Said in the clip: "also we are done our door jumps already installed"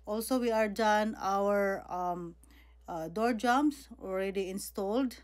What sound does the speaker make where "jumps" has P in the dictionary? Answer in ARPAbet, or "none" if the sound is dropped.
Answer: none